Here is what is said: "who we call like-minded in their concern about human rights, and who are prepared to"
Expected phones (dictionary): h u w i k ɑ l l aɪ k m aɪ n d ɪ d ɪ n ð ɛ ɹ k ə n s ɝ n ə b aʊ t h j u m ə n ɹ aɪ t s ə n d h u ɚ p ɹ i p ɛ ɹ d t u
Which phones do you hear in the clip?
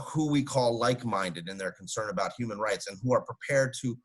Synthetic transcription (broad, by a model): h u w i k ɑ l l aɪ k m aɪ n d ɪ d ɪ n ð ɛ ɹ k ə n s ɝ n ə b aʊ t h j u m ə n ɹ aɪ t s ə n h u ɚ p ɹ i p ɛ ɹ d t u